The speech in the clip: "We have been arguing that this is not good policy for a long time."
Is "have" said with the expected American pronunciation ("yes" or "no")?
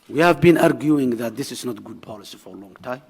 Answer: yes